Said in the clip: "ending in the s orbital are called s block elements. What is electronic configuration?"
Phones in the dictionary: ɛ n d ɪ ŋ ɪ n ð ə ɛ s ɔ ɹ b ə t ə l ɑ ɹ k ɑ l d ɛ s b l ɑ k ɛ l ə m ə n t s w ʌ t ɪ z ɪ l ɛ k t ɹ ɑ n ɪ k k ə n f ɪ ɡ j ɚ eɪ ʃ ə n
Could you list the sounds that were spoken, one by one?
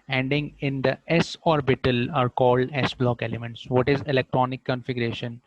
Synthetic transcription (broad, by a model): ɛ n d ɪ ŋ ɪ n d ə ɛ s ɔ ɹ b ə t ə l ɑ ɹ k ɑ l d ɛ s b l ɑ k ɛ l ə m ə n t s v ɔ t ɪ z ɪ l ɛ k t ɹ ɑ n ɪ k k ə n f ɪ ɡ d eɪ ʃ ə n